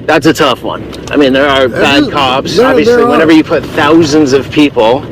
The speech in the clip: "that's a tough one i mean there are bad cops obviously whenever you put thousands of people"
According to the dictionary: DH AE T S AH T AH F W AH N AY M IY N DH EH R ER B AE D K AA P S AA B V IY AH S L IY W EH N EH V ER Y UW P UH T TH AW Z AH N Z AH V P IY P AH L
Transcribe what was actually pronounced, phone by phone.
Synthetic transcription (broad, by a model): DH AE T S AH T AH F W AH N AY M IY N DH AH R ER B AE D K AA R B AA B V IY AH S L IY W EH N EH V ER Y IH P UH T TH AW Z AH N Z AH V P IY P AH L